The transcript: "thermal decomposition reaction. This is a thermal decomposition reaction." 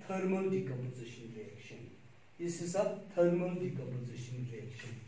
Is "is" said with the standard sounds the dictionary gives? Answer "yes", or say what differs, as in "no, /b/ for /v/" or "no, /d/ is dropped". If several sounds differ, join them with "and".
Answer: no, /s/ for /z/